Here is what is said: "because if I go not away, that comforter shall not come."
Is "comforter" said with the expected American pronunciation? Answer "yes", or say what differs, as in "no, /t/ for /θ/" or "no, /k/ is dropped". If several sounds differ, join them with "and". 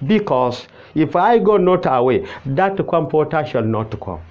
no, /p/ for /f/